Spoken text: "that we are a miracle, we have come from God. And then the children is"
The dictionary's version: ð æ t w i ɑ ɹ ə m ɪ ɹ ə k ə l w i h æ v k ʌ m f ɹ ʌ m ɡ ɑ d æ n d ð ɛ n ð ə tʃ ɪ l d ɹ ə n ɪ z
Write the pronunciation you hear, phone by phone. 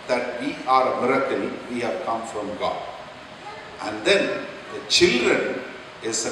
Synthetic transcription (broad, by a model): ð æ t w i ɑ ɹ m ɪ ɹ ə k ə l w i h æ v k ʌ m f ɹ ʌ m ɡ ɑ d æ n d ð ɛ n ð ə tʃ ɪ l d ɹ ə n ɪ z